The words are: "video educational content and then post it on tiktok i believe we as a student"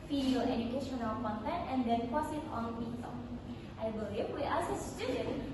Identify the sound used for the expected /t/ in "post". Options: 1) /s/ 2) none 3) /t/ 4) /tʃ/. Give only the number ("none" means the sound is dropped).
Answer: 2